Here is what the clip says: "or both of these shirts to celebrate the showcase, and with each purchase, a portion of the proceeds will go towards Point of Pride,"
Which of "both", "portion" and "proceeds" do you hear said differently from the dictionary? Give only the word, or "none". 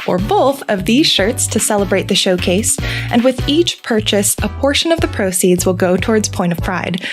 none